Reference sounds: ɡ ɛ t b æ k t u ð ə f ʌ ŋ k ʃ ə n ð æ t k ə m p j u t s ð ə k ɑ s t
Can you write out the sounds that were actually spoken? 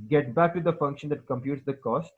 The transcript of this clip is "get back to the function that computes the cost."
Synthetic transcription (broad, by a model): ɡ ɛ t b æ k t u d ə f ʌ ŋ k ʃ ə n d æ t k ə m p j u t s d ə k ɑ s t